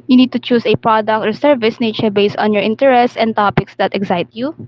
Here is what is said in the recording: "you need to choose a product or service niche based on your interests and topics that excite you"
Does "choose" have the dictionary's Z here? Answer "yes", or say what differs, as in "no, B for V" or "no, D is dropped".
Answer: no, S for Z